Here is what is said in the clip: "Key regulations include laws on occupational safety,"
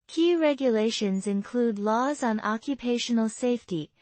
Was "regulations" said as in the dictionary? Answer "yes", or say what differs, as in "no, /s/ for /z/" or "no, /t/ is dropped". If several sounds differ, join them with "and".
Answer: yes